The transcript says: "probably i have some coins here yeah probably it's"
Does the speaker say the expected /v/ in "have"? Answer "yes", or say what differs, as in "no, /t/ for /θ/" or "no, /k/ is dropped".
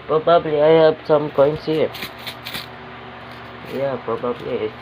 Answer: no, /b/ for /v/